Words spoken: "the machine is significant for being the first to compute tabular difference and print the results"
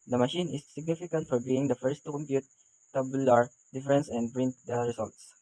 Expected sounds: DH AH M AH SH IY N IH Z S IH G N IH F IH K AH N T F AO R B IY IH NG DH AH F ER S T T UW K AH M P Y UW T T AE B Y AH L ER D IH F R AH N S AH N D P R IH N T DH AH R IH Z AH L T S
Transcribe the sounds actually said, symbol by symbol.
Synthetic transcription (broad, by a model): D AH M AH SH IY N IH S IH G N IH F IH K AH N T F AO R B IY IH NG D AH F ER S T T UW K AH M P Y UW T T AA B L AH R D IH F R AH N S AH N D B R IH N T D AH R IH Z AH L T S